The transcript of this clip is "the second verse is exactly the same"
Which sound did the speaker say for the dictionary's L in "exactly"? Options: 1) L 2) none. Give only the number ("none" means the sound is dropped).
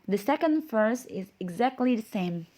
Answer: 1